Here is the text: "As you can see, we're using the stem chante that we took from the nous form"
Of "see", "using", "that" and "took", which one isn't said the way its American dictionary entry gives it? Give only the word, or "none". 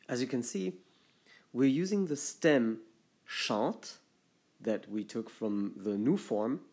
none